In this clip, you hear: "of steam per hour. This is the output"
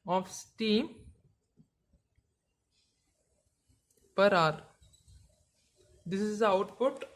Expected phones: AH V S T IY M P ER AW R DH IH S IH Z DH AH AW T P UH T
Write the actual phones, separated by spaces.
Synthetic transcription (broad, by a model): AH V S T IY M P ER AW R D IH S IH Z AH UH T P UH T